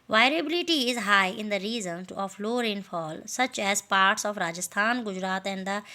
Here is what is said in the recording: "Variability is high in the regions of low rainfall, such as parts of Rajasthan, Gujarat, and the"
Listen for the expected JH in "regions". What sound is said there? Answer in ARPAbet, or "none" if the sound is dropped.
Z